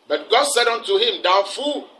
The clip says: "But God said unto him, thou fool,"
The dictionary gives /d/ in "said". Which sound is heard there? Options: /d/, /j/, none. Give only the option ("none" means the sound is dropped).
/d/